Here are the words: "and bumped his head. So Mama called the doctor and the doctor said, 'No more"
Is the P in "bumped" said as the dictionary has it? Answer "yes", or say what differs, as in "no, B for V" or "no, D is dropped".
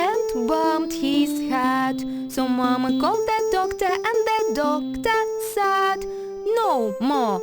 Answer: no, P is dropped